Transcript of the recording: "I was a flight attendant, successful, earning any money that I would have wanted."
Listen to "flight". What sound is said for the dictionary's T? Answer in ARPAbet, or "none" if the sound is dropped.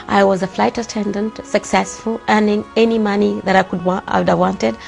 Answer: T